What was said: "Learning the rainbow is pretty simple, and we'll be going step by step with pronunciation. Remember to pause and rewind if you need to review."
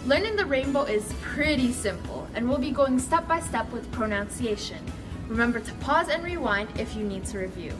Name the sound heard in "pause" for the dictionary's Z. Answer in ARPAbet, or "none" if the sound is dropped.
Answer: Z